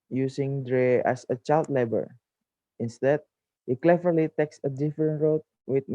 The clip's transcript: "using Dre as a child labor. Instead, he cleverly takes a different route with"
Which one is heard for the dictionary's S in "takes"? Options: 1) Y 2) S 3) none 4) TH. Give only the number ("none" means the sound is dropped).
2